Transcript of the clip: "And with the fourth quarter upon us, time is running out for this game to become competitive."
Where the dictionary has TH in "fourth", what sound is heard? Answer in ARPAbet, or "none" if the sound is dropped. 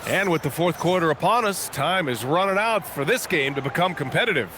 TH